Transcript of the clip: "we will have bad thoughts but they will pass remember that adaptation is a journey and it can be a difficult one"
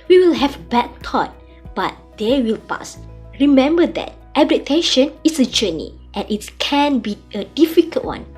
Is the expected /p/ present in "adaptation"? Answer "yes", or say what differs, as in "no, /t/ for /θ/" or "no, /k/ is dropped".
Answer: no, /p/ is dropped